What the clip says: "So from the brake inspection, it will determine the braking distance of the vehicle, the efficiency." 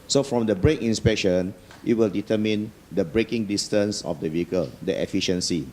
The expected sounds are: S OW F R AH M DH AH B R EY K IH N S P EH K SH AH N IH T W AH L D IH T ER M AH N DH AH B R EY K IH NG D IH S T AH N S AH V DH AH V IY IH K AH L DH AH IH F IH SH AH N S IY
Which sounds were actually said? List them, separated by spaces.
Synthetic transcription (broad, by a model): S OW F R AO M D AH B R EY K IH N S P EH K SH AH N IH T W AH L D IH T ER M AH N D AH B R EY K IH NG D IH S T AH N S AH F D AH V IY IH K AH L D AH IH F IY SH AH N S IY